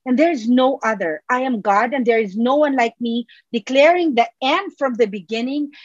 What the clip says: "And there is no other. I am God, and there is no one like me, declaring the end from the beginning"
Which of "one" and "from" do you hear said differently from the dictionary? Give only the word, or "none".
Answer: none